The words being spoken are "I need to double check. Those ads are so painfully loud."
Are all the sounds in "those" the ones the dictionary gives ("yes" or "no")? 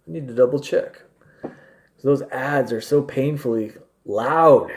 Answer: yes